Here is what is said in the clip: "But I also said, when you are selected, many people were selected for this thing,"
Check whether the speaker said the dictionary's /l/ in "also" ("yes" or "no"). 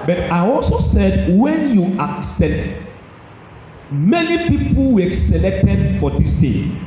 yes